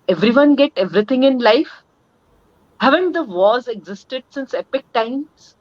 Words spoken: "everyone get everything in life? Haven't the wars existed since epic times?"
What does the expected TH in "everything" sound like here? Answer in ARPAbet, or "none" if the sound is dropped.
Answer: T